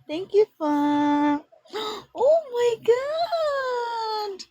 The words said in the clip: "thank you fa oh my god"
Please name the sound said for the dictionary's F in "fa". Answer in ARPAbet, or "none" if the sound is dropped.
F